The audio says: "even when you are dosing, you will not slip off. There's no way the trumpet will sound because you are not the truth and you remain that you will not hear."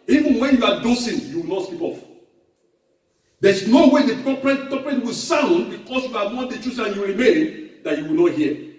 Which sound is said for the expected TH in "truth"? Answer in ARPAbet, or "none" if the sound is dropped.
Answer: S